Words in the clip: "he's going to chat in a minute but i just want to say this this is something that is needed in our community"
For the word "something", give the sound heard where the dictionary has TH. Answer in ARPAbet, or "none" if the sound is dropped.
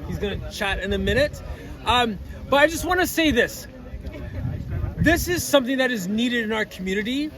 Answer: TH